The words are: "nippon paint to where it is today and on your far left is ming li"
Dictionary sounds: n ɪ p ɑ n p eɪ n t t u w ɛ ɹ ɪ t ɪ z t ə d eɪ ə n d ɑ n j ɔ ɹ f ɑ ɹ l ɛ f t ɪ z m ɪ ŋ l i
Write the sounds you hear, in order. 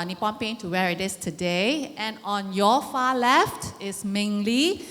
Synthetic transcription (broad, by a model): n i p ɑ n p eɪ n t t u w ɛ ɹ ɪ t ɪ s t ə d eɪ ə n ɑ n j ɔ f ɑ l ɛ f t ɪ s m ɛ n l i